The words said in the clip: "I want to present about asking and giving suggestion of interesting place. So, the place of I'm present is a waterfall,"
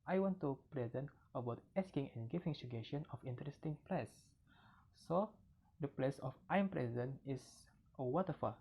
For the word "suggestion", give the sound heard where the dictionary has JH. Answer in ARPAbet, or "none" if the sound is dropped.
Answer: none